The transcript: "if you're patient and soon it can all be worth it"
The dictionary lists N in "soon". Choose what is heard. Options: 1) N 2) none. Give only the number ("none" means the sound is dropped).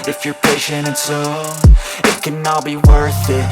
2